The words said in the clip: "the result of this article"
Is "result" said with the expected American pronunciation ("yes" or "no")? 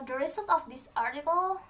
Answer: no